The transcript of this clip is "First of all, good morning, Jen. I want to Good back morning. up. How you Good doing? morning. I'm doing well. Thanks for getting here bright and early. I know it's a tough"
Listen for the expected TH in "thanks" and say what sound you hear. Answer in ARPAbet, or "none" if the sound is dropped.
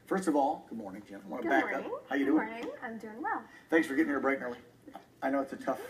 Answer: TH